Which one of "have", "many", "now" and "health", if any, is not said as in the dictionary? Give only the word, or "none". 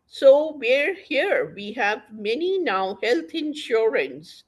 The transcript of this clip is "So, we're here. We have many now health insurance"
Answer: health